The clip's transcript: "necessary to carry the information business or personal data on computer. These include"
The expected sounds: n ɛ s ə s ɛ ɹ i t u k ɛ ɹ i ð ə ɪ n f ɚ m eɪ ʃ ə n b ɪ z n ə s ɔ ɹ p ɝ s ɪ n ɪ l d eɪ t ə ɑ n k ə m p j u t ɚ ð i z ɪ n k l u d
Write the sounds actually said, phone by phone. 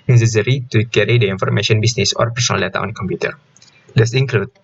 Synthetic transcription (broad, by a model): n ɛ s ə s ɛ ɹ i t u k ɛ ɹ i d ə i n f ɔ m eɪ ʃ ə n b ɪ s n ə s ɔ ɹ p ɝ s ɪ n ɪ l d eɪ t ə ɑ n k ə m p j u t ɚ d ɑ s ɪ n k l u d